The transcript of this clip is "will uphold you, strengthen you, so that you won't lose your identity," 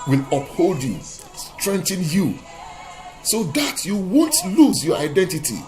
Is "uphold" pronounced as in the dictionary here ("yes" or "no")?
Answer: yes